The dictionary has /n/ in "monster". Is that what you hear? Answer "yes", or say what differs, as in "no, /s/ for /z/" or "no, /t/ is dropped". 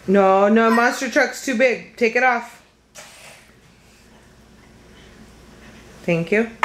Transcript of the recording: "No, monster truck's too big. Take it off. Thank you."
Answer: no, /n/ is dropped